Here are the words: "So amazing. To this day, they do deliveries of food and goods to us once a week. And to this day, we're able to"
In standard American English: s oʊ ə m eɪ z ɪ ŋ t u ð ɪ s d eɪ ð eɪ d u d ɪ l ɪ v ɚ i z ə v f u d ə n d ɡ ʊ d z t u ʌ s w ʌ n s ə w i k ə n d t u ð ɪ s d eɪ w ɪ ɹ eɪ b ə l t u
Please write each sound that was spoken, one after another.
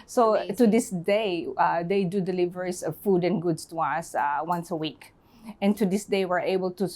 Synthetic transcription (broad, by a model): s oʊ t u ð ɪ s d eɪ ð eɪ d u d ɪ l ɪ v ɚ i s ə v f u d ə n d ɡ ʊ d s t u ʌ s w ʌ n s ə w i k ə n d t u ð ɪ s d eɪ w ɪ ɹ eɪ b ə l t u